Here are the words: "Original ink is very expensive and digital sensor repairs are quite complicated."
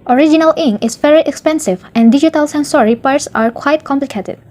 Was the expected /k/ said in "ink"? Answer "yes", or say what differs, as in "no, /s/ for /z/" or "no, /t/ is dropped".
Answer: no, /k/ is dropped